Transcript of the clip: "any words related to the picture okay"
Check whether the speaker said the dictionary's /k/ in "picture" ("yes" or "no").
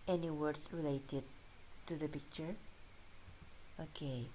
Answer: yes